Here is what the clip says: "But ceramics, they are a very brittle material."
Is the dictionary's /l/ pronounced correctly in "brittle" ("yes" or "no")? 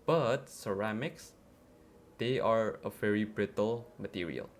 yes